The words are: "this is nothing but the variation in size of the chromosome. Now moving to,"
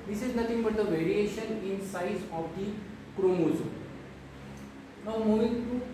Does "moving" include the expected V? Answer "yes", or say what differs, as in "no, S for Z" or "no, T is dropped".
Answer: no, V is dropped